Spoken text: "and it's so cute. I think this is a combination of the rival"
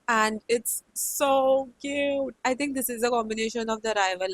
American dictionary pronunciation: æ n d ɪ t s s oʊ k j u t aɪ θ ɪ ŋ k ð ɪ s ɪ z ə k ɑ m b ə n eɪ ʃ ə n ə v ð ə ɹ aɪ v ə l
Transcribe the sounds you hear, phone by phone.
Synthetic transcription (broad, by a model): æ n d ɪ t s s oʊ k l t aɪ t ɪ ŋ k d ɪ s ɪ z ə k ɑ m b ə n eɪ ʃ ə n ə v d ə ɹ aɪ v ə l